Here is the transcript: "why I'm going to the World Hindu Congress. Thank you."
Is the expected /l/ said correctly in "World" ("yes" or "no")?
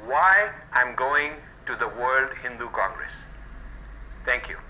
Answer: yes